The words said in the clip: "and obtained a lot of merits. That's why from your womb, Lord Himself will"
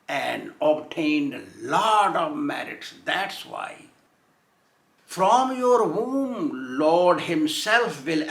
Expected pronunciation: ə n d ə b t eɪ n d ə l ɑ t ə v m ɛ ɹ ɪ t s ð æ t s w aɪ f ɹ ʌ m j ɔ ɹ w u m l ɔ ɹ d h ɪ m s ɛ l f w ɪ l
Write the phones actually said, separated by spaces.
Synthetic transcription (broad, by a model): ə n d ə b t eɪ n d l ɑ t ə v m ɛ ɹ ɪ t s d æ t s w aɪ f ɹ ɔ m j ɔ ɹ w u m l ɔ ɹ d h ɪ m s ɛ l f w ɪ l